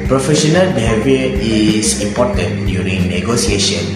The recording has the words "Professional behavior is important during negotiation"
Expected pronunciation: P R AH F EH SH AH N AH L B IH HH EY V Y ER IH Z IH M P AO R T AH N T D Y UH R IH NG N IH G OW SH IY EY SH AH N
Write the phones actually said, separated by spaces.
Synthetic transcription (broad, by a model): P R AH F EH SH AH N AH L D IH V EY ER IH S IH M P AO T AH N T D Y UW R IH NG N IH G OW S IY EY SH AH N